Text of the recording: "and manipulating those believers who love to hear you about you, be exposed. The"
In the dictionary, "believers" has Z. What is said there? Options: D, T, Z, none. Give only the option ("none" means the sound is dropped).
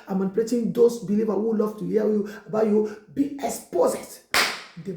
none